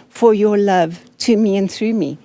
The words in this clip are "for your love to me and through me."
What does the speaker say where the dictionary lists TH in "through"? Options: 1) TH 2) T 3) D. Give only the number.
1